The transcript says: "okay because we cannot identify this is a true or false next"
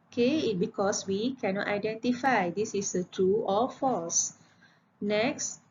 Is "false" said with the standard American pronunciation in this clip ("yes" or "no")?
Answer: no